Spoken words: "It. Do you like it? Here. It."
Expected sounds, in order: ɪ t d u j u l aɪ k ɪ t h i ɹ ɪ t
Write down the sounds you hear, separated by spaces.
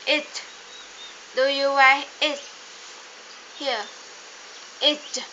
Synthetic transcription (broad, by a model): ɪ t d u j u w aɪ ɪ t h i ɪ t